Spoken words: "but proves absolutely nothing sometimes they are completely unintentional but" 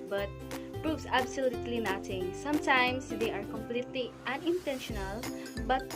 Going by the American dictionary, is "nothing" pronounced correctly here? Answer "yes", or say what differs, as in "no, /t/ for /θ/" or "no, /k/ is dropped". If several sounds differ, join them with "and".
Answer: no, /t/ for /θ/